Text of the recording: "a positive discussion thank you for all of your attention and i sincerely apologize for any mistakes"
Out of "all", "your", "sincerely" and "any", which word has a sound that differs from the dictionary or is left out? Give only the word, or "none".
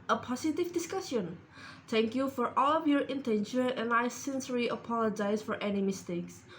sincerely